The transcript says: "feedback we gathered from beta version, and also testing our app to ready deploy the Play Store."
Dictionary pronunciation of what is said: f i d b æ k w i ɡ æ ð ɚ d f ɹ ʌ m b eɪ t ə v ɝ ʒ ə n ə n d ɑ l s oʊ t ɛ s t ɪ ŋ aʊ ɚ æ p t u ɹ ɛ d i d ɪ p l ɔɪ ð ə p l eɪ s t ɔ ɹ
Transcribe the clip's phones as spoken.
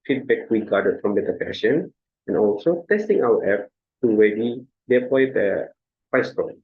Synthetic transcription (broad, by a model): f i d b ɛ k w i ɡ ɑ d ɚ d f ɹ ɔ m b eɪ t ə p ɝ ʃ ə n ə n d ɑ l s oʊ t ɛ s t ɪ ŋ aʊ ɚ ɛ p t u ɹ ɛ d i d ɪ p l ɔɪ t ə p eɪ s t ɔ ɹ